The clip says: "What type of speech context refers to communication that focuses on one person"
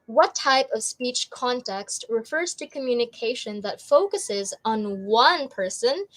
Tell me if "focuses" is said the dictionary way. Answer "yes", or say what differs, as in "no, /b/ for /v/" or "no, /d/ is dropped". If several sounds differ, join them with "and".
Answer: yes